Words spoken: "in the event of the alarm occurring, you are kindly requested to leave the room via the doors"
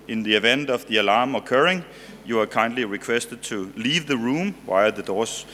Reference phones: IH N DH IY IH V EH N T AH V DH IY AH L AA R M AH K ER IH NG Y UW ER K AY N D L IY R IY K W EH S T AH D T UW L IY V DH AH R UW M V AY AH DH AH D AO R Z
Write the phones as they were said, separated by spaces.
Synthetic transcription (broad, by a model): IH N DH IY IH V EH N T AH V DH IY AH L AA M AH K ER IH NG Y UW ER K AY N D L IY R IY K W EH S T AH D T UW L IY V DH AH R UW M W AY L DH AH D AO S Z